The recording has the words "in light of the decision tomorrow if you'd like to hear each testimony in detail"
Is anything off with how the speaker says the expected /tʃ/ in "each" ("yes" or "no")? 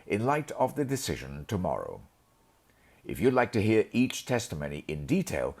no